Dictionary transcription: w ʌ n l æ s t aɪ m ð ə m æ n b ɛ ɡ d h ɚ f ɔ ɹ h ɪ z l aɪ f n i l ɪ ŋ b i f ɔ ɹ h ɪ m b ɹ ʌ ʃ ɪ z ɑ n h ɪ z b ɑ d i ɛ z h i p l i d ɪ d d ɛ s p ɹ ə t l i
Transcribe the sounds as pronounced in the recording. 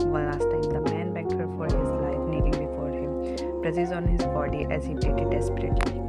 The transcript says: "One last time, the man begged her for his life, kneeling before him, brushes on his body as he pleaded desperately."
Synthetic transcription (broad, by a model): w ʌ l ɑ s t aɪ m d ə m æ n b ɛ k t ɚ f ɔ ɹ h ɪ z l aɪ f n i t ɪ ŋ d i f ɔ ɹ h ɪ m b ɹ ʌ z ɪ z ɑ n h ɪ z b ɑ d i ɛ z h i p i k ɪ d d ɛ s p ɹ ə t l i